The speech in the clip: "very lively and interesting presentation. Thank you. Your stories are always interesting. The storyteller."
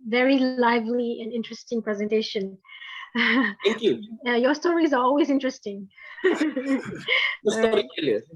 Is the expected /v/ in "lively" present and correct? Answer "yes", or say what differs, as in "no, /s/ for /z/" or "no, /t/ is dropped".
yes